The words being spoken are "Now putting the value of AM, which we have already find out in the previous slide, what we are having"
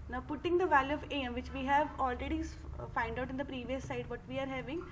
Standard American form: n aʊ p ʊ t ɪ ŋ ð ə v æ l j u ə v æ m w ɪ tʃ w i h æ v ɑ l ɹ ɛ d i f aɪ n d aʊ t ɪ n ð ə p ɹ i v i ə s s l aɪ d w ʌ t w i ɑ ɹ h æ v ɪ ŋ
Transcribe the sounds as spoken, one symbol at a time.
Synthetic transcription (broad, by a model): n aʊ p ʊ t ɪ ŋ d ə v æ l j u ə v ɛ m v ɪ tʃ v i h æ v ɑ l ɹ ɛ d i f aɪ n d aʊ t ɪ n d ə p ɹ i v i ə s s aɪ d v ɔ t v i ɑ ɹ h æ v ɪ ŋ